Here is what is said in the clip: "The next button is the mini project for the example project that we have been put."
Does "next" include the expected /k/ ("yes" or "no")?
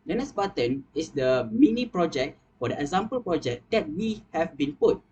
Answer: no